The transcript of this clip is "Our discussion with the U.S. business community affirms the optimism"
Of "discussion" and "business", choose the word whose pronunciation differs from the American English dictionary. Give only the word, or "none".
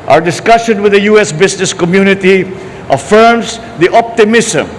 business